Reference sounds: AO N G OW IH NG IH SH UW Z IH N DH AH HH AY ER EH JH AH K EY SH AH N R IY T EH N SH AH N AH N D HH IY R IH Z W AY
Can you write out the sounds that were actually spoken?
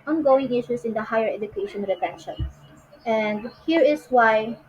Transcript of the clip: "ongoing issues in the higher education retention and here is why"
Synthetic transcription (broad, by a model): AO N G OW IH NG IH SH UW S IH N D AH HH AY ER EH JH AH K EY SH AH N R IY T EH N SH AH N AH N D HH IY R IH S W AY